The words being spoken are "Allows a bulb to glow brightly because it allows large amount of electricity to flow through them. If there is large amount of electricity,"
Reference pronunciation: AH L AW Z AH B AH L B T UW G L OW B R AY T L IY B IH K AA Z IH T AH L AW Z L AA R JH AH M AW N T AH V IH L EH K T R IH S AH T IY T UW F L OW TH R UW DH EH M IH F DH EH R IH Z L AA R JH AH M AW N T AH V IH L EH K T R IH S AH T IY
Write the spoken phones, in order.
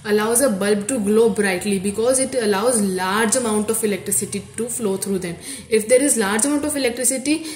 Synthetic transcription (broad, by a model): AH L AW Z AH B AH L B T UW G L OW B R AY T L IY B IH K AA Z IH T AH L AW Z L AA R JH AH M AW N T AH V IH L EH K T R IH S AH T IY T UW F L OW T R UW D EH M IH F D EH R IH Z L AA R JH AH M AW N T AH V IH L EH K T R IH S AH T IY